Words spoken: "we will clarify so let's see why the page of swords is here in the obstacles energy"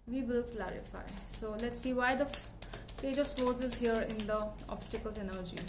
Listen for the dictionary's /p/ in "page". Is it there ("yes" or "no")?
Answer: no